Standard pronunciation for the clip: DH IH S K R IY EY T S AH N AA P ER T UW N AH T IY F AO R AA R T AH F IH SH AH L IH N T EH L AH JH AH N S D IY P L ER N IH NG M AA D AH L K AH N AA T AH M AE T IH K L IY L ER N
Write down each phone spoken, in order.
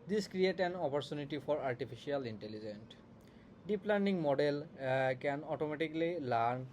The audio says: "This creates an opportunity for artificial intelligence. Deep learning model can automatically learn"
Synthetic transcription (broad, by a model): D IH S K R IY EY T AH N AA P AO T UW N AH T IY F AO R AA R T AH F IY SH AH L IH N T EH L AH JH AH N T D IY P L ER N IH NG M AA D AH L K AH N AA T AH M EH T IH K L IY L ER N